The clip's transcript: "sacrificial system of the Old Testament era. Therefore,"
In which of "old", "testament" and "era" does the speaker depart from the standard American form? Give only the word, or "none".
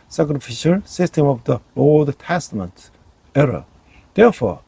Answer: none